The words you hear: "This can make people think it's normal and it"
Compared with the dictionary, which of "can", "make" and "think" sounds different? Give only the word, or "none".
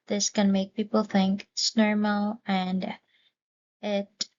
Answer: none